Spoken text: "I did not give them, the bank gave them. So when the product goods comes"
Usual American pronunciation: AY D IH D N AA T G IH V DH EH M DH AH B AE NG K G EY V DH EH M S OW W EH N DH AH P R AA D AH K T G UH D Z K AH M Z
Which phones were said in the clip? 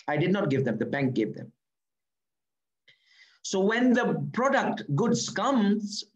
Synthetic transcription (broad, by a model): AY D IH D N AA T G IH V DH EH M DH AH B AE NG K G EY V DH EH M S OW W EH N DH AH P R AA D AH K T G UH D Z K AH M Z